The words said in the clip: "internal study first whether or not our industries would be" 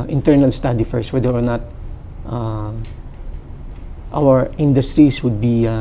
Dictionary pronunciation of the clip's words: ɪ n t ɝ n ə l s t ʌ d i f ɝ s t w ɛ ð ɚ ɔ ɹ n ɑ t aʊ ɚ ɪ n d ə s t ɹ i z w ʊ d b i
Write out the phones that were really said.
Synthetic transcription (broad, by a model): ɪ n t ɝ n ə l s t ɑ d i f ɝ s w ɛ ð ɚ ɔ ɹ n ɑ t aʊ ɚ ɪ n d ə s t ɹ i s w ʊ d b i